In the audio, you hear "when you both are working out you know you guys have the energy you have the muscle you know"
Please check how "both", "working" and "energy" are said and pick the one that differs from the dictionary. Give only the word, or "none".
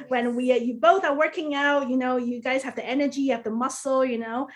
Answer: none